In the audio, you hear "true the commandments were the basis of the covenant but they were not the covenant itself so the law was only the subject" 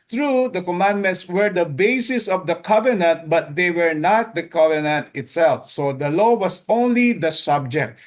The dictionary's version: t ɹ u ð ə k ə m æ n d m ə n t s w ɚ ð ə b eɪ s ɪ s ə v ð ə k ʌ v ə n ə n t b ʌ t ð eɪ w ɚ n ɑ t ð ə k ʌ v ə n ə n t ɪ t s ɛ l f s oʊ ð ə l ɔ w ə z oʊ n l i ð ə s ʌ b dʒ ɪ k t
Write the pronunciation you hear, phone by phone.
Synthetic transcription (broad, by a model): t ɹ u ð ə k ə m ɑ n d m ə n t s w ɚ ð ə b eɪ s ɪ s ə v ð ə k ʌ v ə n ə n t b ʌ t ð eɪ w ɚ n ɑ t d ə k ʌ v ə n ə n t ɪ t s ɛ l f s oʊ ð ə l ɔ w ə s oʊ n l i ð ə s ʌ b dʒ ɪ k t